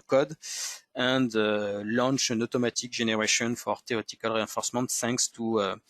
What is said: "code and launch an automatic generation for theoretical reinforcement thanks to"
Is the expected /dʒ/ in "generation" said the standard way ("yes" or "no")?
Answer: no